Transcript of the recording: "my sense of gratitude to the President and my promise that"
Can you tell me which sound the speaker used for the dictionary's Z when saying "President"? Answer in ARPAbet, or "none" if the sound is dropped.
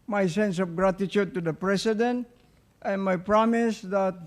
S